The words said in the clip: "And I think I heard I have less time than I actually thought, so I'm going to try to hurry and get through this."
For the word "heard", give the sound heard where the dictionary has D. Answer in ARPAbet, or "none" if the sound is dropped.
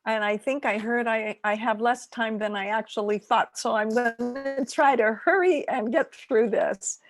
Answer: D